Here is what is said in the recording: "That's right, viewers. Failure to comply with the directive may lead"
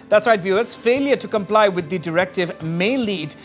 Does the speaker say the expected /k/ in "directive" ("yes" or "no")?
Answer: yes